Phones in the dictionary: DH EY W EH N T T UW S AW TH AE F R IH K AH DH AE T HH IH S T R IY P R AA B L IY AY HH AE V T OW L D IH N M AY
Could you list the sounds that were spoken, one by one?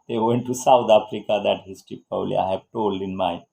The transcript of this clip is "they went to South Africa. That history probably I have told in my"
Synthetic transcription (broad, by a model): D EY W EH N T T UW S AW T AE F R IH K AH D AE T HH IH S T R IY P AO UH L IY AY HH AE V T OW L D IH N M AY